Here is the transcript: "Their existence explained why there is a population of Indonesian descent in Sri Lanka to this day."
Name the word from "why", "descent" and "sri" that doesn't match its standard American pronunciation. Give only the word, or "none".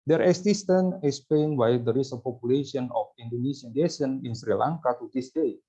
descent